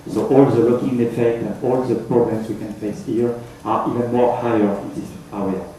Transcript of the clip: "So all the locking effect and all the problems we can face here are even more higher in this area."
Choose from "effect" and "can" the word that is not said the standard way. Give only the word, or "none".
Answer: effect